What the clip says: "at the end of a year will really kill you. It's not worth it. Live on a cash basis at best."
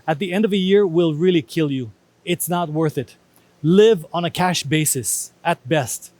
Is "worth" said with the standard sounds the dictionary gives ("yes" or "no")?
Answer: yes